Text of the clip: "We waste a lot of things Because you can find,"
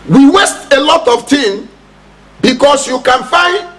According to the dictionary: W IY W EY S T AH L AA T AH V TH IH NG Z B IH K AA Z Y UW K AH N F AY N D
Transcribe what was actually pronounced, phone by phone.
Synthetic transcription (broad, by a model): W IY W EY S T AH L AA T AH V T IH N B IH K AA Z Y UW K AH N F AY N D